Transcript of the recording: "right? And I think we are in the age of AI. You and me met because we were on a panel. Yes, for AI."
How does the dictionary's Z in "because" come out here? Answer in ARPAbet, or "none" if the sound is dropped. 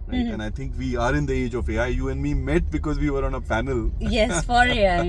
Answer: Z